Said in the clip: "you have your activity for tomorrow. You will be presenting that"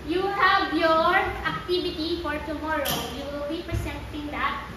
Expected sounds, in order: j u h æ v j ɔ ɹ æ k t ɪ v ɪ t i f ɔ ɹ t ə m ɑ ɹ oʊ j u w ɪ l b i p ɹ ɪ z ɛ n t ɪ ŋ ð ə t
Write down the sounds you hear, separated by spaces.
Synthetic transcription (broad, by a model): j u h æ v j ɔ ɹ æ k t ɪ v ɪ t i f ɔ ɹ t ə m ɑ ɹ oʊ j u w ɪ l b i p ɹ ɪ s ɛ n t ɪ ŋ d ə t